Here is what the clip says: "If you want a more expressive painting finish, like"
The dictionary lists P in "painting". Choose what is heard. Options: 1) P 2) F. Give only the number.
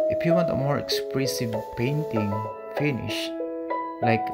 1